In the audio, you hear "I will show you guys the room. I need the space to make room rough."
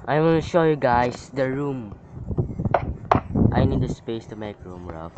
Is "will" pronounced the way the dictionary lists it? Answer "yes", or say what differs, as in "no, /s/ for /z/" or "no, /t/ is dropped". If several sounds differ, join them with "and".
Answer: no, /n/ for /l/